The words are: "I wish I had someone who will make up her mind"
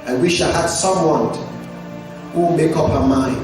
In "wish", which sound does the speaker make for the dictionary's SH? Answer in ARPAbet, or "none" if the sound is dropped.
SH